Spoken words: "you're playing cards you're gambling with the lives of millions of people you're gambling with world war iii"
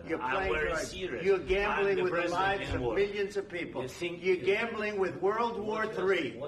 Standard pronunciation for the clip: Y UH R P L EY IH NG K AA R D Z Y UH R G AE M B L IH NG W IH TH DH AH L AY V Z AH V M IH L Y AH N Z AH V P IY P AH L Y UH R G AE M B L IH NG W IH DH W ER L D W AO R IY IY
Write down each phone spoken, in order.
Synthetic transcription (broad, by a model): Y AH R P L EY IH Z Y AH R G AE M B L IH NG W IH DH AH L AY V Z AH V M IH L Y AH N Z AH V P IY P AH L Y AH R G AE M B L IH NG W IH DH W ER L D W AO R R IY